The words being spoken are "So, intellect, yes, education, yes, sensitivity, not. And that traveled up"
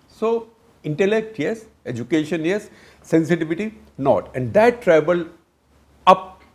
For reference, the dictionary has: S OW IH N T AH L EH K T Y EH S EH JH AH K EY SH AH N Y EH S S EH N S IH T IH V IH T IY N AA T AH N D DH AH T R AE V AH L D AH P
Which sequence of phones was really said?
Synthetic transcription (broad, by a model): S OW IH N T AH L EH K T Y EH S EH JH AH K EY SH AH N Y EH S S EH N S IH T IH V IH T IY N AA T AH N D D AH T R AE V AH L AH P